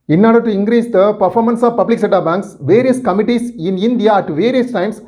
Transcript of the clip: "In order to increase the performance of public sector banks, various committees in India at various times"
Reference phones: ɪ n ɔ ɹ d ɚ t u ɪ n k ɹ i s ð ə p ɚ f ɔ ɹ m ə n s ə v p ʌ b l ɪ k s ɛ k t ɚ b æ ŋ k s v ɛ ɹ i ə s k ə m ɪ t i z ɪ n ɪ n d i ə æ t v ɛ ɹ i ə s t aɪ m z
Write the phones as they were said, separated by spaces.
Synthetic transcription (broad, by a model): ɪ n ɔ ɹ d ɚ t u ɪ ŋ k ɹ i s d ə p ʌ f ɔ ɹ m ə n s ə v p ʌ b l ɪ k s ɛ t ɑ b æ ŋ k s v ɛ ɹ i ə s k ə m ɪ t i s ɪ n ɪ n d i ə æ t v ɛ ɹ i ə s t aɪ m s